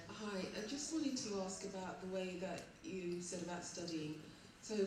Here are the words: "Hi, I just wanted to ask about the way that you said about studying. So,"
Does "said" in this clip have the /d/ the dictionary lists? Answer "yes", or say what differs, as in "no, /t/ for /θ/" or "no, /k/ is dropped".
yes